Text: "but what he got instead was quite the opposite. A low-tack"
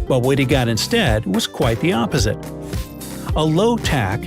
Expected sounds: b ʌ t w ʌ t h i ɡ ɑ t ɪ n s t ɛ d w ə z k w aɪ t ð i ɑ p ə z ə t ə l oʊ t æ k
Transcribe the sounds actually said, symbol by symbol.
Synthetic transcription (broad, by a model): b ʌ t w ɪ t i ɡ ɑ t ɪ n s t ɛ d w ə z k w aɪ t ð i ɑ p ə z ə t ə l oʊ t æ k